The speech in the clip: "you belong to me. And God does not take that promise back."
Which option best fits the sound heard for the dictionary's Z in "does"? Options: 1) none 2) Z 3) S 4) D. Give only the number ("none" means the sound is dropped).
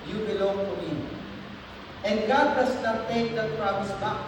3